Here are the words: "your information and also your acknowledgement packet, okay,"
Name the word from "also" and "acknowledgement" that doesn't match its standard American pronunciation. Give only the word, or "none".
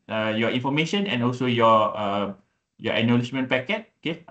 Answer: acknowledgement